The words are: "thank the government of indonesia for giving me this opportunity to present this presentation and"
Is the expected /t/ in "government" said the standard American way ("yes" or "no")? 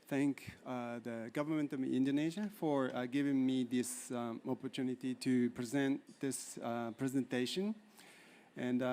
yes